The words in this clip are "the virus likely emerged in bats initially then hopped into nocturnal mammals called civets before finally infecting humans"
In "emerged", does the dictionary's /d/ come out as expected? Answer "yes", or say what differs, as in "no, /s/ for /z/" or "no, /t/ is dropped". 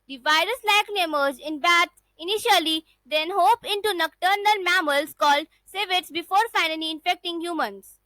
no, /d/ is dropped